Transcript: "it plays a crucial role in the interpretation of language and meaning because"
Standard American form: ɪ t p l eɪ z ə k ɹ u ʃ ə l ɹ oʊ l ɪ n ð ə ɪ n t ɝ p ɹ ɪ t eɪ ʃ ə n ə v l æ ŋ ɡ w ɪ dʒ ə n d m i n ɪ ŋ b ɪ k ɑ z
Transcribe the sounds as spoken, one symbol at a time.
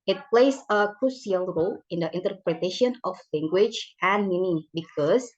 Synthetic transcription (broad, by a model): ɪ t p l eɪ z ə k ɹ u s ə l ɹ oʊ l ɪ n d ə ɪ n t ɝ p ɹ ɪ t eɪ ʃ ə n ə f l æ ŋ ɡ w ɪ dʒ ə n m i n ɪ b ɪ k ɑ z